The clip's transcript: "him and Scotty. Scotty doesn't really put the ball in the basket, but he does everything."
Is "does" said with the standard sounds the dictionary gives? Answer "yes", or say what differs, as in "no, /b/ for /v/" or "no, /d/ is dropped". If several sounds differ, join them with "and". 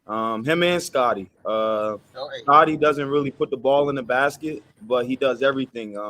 yes